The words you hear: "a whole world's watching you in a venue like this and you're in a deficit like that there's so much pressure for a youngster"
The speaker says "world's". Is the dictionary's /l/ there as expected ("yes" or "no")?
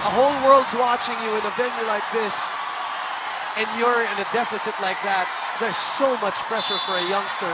yes